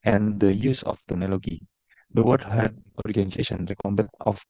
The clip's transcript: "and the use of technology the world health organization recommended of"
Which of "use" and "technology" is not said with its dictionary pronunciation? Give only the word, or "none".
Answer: technology